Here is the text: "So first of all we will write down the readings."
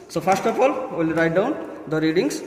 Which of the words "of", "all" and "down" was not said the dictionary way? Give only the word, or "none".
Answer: of